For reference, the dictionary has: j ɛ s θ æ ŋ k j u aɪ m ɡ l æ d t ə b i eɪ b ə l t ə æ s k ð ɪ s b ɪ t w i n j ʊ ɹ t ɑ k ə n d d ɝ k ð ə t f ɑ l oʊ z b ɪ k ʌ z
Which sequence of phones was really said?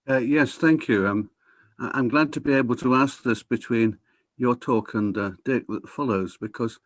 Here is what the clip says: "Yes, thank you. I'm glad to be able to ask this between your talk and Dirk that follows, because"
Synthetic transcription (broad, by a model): j ɛ s θ æ ŋ k j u aɪ m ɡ l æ d t ə b i eɪ b ə l t ə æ s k ð ɪ s b ɪ t w i n j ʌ ɹ t ɑ k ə n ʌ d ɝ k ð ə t f ɑ l oʊ z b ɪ k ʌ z